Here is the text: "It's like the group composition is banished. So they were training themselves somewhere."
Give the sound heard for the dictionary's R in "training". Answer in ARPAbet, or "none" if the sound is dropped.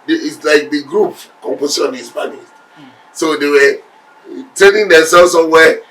none